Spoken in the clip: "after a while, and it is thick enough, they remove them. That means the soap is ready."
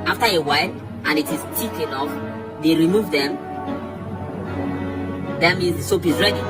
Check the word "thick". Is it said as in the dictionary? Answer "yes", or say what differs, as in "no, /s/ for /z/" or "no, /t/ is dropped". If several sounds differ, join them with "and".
no, /t/ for /θ/